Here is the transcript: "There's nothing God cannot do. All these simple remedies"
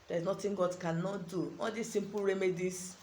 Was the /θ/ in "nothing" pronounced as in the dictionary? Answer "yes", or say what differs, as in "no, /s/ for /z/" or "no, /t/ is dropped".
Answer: no, /t/ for /θ/